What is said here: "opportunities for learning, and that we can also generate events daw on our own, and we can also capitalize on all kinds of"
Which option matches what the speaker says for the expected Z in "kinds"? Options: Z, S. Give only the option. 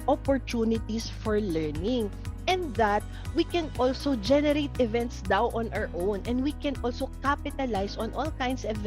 S